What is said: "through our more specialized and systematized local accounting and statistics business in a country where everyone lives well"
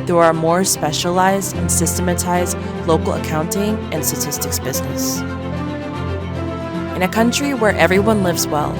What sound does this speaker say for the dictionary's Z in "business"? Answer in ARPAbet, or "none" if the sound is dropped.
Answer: Z